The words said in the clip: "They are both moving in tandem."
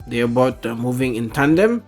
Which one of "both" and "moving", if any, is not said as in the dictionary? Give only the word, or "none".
both